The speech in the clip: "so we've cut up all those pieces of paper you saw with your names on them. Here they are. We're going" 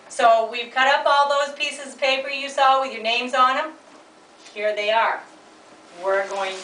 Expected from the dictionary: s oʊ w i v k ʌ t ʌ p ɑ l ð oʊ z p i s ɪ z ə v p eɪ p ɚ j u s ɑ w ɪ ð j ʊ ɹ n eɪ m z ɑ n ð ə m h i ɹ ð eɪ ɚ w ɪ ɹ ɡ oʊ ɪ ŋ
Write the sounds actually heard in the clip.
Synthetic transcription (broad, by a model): s oʊ w i v k ʌ t ʌ p ɑ l ð oʊ z p i s ɪ z ə v p eɪ p ɚ j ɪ s ɑ w ɪ ð j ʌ ɹ n eɪ m z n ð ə m h i ɹ ð eɪ ɚ w ɪ ɹ ɡ oʊ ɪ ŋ